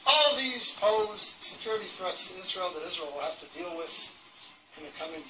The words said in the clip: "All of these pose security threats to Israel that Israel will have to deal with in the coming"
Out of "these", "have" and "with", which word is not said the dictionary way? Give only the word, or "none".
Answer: have